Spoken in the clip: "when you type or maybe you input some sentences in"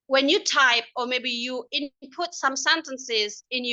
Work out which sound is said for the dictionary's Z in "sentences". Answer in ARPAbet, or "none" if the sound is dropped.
Z